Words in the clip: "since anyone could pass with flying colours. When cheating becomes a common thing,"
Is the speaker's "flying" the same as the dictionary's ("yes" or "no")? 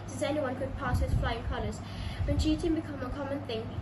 yes